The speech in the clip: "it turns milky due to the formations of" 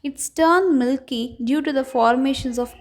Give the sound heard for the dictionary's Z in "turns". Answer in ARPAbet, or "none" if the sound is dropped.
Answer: none